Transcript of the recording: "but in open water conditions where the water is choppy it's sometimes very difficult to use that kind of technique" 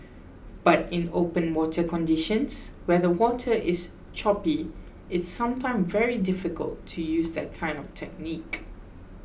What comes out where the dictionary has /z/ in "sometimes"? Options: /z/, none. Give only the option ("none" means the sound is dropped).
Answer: none